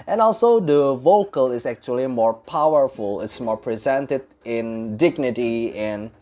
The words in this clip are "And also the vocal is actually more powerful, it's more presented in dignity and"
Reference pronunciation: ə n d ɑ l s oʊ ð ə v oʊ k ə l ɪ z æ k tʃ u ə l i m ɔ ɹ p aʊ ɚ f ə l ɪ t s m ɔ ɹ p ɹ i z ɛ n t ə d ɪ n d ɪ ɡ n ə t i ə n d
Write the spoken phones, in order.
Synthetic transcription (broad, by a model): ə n ɑ l s oʊ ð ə v oʊ k ə l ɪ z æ k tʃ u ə l i m ɔ ɹ p aʊ ɚ f ə l ɪ t s m ɔ ɹ p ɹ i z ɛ n t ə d ɪ n d ɪ ɡ n ə t i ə n